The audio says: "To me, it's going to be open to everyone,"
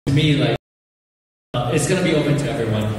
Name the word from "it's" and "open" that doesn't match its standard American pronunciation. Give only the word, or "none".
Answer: none